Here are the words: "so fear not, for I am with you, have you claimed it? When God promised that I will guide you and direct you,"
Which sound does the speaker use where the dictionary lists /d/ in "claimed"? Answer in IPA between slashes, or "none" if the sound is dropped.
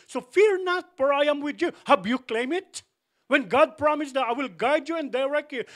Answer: none